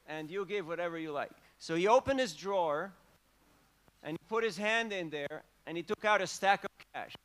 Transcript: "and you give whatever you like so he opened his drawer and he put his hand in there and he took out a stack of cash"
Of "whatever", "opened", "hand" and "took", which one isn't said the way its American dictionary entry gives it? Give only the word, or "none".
none